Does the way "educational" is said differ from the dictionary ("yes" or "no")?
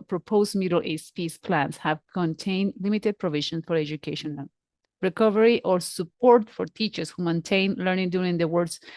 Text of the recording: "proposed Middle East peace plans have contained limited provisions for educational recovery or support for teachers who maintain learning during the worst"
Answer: yes